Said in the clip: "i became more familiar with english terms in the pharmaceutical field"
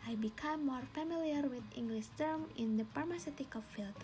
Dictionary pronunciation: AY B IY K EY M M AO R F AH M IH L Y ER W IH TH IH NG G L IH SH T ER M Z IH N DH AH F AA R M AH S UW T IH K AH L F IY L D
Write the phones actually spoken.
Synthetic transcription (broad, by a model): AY B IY K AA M M AO R F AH M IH L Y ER W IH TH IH NG G L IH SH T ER M IH N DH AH P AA R M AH S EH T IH K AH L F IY L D